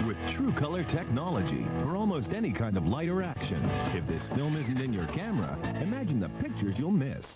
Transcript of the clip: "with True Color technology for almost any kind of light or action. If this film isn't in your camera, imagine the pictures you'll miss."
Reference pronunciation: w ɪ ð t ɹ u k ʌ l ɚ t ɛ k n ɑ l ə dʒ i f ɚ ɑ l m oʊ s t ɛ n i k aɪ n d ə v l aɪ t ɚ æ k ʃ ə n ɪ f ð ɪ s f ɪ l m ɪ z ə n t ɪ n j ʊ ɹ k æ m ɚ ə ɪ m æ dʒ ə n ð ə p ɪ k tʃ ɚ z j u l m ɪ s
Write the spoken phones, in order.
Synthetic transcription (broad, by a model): w ɪ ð t ɹ u k ʌ l ɚ t ɛ k n ɑ l ə dʒ i f ɚ ɑ l m oʊ s t ɛ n i k aɪ n d ə v l aɪ t ɚ æ k ʃ ə n ɪ f ð ɪ s f ɪ l m ɪ z n t ɪ n j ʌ ɹ k æ m ɚ ə ɪ m æ dʒ ə n ð ə p ɪ k tʃ ɚ z j u l m ɪ s